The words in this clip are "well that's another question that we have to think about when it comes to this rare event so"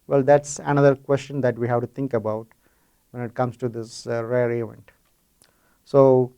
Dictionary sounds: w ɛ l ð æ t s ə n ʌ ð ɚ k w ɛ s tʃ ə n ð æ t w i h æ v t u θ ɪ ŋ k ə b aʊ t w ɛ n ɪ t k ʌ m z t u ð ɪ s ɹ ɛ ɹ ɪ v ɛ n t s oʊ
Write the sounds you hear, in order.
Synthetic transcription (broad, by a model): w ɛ l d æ t s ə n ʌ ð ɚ k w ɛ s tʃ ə n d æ t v i h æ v t u t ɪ ŋ k ə b aʊ t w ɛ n ɪ t k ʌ m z t u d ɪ s ɹ ɛ ɹ ɪ v ɛ n t s oʊ